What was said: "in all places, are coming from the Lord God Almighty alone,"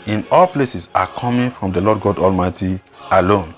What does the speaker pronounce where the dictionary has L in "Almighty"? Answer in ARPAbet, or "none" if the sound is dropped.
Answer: L